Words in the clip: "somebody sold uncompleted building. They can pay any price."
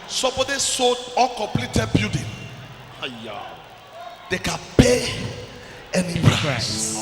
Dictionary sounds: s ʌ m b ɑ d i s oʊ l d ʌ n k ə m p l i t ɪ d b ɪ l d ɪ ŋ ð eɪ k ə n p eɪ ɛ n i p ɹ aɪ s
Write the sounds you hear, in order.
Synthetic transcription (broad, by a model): s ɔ m b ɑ d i s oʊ d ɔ k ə m p l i t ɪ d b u d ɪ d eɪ k ə n p eɪ ɛ n i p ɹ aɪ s